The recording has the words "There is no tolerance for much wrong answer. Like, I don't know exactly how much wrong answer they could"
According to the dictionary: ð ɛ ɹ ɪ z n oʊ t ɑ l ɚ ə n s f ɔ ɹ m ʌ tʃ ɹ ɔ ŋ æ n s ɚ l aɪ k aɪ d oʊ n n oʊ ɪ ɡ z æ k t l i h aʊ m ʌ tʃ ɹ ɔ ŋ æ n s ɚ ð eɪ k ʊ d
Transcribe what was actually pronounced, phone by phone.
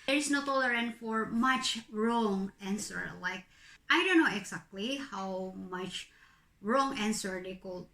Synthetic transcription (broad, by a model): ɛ ɹ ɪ s n oʊ t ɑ l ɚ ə n f ɔ ɹ m ʌ tʃ ɹ ɔ ŋ æ n s ɚ l aɪ k aɪ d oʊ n n oʊ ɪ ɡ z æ k t l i h aʊ m ʌ tʃ ɹ ɔ ŋ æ n s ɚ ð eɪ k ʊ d